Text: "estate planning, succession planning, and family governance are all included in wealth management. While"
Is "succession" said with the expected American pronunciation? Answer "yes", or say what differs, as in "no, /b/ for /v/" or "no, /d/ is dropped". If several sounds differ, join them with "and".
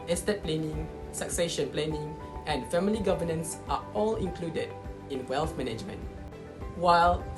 yes